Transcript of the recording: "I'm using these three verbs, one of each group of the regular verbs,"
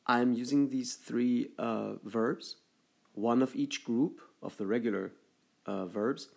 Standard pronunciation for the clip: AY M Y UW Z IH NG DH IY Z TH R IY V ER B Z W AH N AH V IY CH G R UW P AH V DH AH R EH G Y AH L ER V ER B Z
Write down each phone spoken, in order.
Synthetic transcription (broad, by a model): AY M Y UW Z IH NG DH IY Z TH R IY V ER B Z W AH N AH V IY CH G R UW P AH V DH AH R EH G Y L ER V ER B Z